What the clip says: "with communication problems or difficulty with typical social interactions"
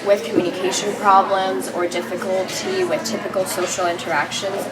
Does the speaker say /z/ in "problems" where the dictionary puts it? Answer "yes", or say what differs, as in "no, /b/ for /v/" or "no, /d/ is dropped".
yes